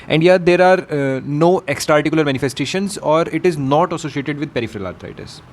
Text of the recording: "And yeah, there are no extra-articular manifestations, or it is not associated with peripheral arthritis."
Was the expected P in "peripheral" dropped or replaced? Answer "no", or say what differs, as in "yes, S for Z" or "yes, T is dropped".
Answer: no